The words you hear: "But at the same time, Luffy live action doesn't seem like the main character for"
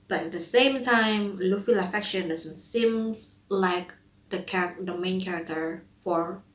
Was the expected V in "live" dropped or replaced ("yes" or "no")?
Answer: yes